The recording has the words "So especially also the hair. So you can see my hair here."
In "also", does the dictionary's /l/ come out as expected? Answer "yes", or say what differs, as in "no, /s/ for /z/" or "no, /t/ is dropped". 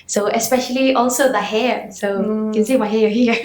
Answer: yes